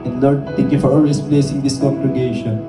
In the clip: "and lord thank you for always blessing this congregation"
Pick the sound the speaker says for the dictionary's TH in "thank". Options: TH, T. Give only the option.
T